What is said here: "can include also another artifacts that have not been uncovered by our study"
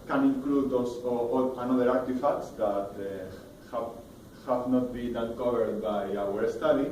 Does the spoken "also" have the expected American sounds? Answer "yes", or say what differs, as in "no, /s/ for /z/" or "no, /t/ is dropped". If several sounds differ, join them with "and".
no, /l/ is dropped